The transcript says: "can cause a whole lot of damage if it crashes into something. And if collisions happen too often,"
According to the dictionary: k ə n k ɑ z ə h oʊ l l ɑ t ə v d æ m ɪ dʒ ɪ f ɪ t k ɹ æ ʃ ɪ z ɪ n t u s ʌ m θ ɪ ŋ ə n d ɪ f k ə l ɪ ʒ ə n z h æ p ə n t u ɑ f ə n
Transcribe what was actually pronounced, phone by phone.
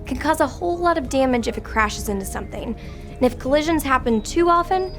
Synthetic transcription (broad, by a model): k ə n k ɑ z ə h oʊ l l ɑ t ə v d æ m ɪ dʒ ɪ f ɪ t k ɹ æ ʃ ɪ z ɪ n t u s ʌ m θ ɪ ŋ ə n ɪ f k ə l ɪ ʒ ə n z h æ p ə n t u ɑ f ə n